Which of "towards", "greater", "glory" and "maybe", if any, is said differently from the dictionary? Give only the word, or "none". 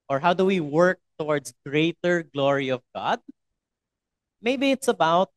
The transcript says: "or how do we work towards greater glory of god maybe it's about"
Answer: towards